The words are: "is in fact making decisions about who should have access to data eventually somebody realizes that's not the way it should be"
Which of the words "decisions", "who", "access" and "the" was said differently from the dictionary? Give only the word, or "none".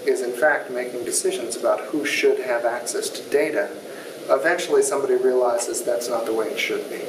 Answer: none